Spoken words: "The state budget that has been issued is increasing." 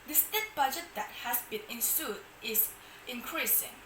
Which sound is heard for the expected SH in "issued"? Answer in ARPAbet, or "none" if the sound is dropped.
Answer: S